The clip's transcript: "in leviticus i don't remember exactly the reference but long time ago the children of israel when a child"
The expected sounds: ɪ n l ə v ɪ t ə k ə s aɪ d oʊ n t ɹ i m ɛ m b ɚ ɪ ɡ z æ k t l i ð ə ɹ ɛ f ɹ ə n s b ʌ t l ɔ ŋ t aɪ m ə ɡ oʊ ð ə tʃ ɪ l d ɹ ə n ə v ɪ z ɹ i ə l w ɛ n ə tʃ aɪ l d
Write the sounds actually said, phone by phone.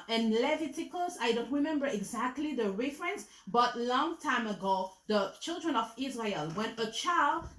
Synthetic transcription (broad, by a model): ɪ n l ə v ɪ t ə k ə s aɪ d oʊ n t ɹ i m ɛ m b ɚ ɪ ɡ z æ k t l i ð ə ɹ ɛ f ɹ ə n s b ʌ t l ɔ ŋ t aɪ m ə ɡ oʊ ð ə tʃ ɪ l d ɹ ə n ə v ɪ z ɹ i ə l w ɛ n ə tʃ aɪ l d